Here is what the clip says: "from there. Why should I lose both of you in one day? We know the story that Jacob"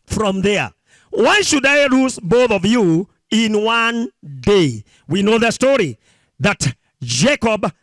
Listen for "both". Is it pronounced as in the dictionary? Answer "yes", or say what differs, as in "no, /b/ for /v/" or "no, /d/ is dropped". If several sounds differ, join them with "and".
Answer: yes